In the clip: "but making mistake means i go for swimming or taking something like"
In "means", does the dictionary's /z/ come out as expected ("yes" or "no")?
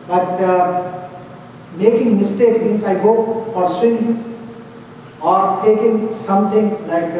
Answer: no